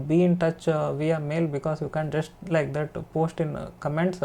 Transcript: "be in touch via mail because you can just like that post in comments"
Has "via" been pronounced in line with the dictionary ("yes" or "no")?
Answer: yes